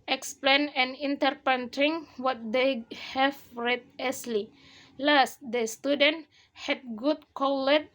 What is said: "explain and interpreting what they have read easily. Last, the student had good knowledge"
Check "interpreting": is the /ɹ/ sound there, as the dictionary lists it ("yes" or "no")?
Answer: no